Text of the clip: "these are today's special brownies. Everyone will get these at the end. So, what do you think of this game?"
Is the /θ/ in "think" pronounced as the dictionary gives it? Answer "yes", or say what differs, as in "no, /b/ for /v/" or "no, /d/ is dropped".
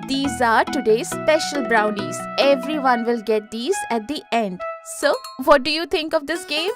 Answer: no, /t/ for /θ/